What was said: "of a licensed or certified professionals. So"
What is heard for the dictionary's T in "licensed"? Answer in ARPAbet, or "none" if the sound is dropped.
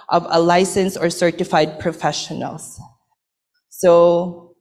none